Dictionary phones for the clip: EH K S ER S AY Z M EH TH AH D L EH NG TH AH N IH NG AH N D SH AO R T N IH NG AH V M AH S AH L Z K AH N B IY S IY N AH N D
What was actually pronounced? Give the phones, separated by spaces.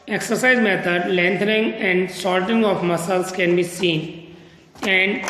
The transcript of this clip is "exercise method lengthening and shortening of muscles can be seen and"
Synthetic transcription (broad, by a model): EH K S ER S AY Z M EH T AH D L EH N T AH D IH NG AH N D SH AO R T IH NG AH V M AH S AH L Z K AH N B IY S IY N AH N D